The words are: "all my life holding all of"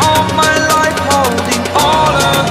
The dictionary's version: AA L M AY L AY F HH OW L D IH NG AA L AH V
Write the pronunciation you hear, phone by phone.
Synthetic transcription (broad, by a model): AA M AY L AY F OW D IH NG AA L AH